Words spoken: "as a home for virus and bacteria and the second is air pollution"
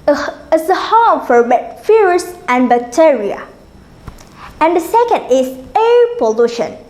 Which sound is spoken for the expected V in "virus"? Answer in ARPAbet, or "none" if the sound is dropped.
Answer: B